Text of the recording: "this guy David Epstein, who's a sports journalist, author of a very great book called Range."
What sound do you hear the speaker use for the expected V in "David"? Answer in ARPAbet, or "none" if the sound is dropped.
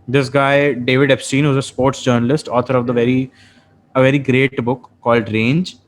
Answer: V